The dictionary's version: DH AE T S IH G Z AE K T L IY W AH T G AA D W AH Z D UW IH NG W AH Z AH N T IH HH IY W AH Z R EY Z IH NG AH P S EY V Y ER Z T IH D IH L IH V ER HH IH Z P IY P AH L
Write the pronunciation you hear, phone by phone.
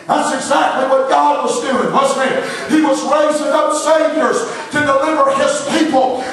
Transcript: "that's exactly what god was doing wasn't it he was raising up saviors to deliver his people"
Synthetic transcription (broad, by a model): DH AE T S IH G Z AE K T L IY W AH T G AA D W AH Z D UW IH NG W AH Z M IH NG IY W AH Z R EY Z IH NG AH P S EY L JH ER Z T IH D IH L IH V ER IH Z P IY P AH L